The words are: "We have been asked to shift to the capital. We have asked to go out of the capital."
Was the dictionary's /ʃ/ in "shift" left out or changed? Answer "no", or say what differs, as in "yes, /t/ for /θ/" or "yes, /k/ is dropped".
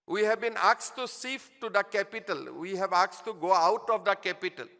yes, /s/ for /ʃ/